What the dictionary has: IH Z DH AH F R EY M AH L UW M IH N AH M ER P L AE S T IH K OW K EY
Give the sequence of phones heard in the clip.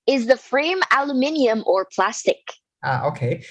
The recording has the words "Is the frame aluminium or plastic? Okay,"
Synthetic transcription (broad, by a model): IH Z DH AH F R EY M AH L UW M IH N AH M ER P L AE S T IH K OW K EY